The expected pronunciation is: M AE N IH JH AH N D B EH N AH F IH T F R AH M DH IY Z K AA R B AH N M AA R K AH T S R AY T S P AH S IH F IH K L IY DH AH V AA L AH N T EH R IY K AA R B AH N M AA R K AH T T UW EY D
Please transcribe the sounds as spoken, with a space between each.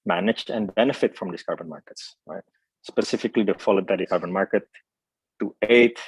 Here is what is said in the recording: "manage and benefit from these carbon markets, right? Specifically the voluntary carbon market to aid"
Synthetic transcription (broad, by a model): M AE N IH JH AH N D B EH N AH F IH T F R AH M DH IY S K AA R B AH N M AA R K AH T S R AY T S P AH S IH F IH K L IY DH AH F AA L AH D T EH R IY K AA R B AH N M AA R K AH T T UW EY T